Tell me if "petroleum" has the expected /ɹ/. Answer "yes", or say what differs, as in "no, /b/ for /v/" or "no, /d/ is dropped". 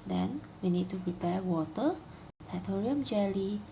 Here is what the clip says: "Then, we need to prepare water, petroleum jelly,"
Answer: no, /ɹ/ is dropped